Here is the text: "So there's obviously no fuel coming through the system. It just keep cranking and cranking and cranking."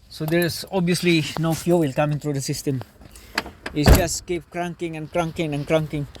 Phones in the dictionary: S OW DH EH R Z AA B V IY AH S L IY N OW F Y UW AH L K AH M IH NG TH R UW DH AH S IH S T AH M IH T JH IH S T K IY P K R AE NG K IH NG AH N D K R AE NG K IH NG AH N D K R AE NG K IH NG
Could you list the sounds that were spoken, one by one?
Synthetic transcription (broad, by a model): S OW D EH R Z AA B IY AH S L IY N OW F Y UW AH L K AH M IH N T R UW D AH S IH S T AH M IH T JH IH S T K IY P K R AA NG K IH NG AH N K R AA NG K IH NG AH N K R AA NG K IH NG